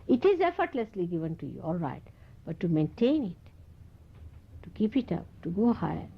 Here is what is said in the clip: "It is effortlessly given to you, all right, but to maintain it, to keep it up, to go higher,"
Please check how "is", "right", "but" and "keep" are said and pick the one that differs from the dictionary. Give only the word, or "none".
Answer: none